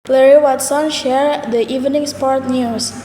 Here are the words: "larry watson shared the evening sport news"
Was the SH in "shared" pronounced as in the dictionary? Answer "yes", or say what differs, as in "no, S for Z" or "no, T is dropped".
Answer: yes